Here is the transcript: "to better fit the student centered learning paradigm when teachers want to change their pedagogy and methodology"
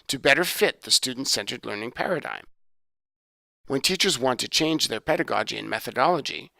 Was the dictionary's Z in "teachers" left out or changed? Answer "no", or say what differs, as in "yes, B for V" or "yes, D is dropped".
no